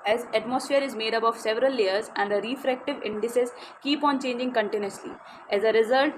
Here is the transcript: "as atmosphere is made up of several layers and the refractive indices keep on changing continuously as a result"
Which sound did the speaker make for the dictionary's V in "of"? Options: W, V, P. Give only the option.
V